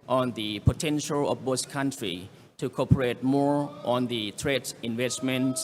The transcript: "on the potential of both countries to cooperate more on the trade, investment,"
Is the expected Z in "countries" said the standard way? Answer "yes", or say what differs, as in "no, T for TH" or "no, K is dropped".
no, Z is dropped